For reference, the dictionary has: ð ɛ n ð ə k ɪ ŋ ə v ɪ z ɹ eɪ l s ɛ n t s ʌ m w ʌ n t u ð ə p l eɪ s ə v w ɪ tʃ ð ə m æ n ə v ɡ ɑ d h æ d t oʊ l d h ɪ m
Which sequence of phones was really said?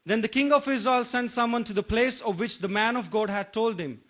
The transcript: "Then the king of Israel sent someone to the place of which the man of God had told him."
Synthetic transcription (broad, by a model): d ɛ n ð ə k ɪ ŋ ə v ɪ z ɔ l s ɛ n t s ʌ m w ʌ n t u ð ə p l eɪ s ə v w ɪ tʃ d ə m æ n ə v ɡ ɑ d h æ d t oʊ l d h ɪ m